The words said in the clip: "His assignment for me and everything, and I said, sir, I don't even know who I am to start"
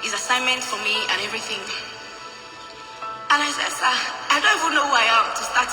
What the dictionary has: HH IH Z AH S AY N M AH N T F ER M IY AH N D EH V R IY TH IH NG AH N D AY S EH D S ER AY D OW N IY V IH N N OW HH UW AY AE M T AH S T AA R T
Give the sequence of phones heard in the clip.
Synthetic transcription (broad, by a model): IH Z AH S AY N M AH N T F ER M IY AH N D EH V R IY TH IH NG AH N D AY S EH D S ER AY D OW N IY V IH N N OW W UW AY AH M T AH S T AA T